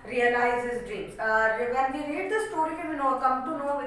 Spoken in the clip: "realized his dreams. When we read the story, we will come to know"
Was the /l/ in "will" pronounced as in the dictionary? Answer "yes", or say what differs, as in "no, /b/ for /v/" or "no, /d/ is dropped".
no, /n/ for /l/